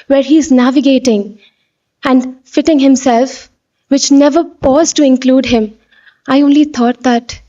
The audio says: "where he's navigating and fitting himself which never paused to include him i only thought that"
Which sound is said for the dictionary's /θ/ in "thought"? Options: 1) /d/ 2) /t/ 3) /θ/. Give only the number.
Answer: 2